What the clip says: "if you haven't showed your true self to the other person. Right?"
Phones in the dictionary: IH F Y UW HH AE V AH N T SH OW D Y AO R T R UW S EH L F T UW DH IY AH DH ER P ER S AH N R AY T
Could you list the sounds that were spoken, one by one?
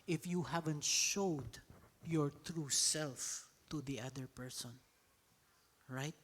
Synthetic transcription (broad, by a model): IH F Y UW HH AE V AH N T SH OW D Y AO R T R UW S EH L F T UW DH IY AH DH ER P ER S AH N R AY T